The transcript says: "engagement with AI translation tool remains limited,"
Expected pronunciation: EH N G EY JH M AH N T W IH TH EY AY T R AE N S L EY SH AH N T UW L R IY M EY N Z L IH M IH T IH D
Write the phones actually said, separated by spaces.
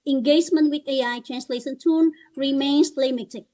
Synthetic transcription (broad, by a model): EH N G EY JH M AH N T W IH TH EY AY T R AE N S L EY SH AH N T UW N R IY M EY N S L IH M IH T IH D